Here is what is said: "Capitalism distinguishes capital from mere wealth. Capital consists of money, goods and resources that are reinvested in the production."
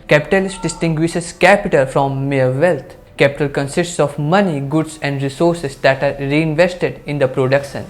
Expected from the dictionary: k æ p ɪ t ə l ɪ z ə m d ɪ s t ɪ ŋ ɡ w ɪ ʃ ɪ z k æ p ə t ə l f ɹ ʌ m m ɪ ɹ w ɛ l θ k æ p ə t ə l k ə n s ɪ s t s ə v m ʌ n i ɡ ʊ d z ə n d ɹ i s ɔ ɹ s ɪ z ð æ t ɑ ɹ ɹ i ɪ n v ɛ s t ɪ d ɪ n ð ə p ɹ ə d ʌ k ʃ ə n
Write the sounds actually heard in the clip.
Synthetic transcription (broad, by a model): k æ p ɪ t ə l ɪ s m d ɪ s t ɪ ŋ ɡ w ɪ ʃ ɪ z k æ p ə t ə l f ɹ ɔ m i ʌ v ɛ l t k æ p ə t ə l k ə n s ɪ s t s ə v m ʌ n i ɡ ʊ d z ə n d ɹ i s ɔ ɹ s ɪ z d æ t ɑ ɹ ɹ i ɪ n v ɛ s t ɪ d ɪ n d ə p ɹ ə d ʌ k ʃ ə n